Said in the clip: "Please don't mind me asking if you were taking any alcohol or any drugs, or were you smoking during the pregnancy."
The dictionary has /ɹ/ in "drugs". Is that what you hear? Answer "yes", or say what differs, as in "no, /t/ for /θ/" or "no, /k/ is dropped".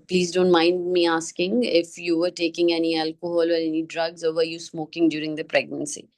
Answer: yes